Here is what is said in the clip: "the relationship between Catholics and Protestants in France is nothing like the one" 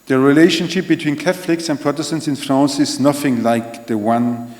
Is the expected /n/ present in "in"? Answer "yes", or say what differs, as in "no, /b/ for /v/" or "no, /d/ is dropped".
yes